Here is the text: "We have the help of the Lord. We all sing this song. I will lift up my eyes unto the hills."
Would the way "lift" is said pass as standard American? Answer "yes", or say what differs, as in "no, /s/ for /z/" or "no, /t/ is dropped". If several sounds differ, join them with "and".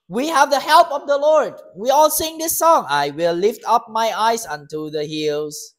yes